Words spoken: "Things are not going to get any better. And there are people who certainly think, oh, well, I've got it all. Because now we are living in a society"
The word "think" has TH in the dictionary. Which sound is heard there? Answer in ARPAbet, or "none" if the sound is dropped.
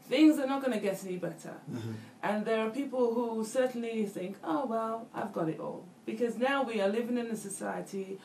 TH